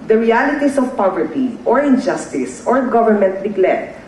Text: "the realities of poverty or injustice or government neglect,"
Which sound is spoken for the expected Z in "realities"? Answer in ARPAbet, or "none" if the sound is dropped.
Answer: S